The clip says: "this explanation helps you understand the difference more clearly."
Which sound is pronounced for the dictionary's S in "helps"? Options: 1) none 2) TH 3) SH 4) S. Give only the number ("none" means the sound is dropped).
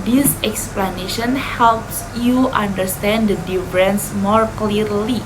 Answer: 4